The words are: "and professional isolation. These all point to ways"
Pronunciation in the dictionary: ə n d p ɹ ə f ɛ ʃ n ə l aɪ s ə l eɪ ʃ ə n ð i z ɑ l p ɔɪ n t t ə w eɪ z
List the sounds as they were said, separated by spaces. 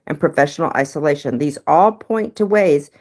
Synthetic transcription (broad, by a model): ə n p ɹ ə f ɛ ʃ n l aɪ s ə l eɪ ʃ ə n ð i z ɑ l p ɔɪ n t t ə w eɪ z